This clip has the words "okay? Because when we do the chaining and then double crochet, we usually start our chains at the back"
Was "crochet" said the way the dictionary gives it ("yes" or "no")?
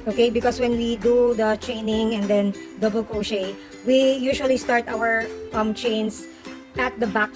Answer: no